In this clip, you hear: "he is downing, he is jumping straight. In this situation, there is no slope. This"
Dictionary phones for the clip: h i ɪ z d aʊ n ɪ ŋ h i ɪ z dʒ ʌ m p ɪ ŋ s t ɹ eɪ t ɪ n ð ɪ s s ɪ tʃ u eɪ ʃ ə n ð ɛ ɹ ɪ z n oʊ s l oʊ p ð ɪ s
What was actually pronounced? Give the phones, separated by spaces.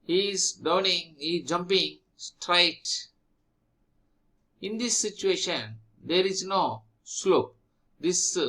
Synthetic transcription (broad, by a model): h i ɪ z d aʊ n ɪ ŋ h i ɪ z dʒ ʌ m p ɪ ŋ s t ɹ eɪ t ɪ n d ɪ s s ɪ tʃ u eɪ ʃ ə n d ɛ ɹ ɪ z n oʊ s l oʊ p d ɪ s